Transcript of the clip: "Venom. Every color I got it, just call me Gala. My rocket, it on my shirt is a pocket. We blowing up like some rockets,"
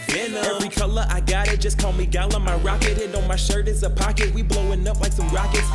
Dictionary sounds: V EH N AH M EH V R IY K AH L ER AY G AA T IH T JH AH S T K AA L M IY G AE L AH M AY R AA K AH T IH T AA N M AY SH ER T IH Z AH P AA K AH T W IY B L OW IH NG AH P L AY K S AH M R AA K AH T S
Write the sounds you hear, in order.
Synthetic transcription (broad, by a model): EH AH EH V R IY K AH L ER AY G AA T IH T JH AH S K AA L M IY G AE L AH M AY R AA K AH T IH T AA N M AY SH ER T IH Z AH P AA K AH T W IY B L OW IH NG AH P L AY K S AH M R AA K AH T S